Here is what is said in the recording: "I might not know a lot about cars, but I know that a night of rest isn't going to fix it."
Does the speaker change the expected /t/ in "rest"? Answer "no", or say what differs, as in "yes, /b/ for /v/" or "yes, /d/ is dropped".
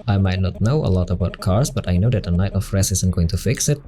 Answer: yes, /t/ is dropped